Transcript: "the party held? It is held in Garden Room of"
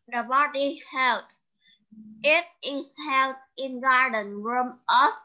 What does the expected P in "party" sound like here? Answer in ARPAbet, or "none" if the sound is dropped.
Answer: B